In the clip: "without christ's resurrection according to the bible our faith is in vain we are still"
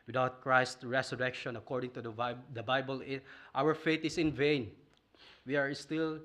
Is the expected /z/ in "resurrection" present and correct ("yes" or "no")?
no